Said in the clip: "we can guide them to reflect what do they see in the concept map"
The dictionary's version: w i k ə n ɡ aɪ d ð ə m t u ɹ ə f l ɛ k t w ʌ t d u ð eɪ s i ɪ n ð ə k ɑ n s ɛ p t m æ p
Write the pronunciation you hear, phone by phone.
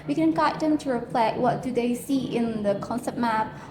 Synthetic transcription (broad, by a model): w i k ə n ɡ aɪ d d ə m t u ɹ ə p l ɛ t w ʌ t d u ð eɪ s i ɪ n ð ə k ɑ n s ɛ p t m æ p